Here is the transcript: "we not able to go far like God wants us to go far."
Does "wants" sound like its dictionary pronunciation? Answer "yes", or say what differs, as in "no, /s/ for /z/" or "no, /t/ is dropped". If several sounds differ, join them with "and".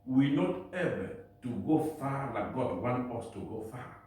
no, /s/ is dropped